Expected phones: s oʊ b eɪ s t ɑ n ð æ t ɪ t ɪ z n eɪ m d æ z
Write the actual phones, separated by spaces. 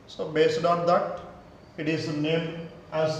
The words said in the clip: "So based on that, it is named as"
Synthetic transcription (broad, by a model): s oʊ b eɪ s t ɑ n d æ t ɪ t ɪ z n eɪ m æ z